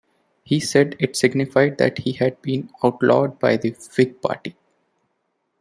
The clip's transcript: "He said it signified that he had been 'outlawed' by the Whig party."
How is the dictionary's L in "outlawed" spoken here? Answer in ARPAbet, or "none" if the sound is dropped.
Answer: L